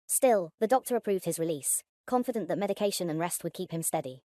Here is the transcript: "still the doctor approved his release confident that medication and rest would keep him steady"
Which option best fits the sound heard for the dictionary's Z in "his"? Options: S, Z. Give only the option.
Z